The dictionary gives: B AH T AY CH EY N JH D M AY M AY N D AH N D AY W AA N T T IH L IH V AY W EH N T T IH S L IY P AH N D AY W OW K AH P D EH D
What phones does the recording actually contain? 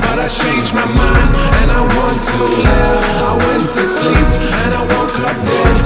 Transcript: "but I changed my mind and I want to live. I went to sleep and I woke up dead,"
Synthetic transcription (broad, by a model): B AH T AY CH EY N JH M AY M AY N AH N AY W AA N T T IH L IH AY W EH N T T IH S L IY P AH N AY W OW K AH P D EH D